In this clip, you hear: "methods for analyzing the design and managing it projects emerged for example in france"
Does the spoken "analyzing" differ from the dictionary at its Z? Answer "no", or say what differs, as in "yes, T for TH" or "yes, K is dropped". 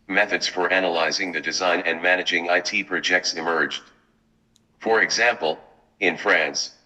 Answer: no